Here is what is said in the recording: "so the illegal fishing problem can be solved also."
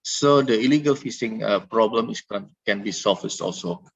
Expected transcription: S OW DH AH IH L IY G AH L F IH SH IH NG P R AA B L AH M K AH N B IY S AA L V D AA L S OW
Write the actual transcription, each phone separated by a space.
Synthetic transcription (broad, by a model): S OW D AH IH L IY G AH L F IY S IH NG P R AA B L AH M K AH N B IY S AA L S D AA L S OW